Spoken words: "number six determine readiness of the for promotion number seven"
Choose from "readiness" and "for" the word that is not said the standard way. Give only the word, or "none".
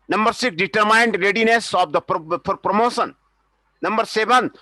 for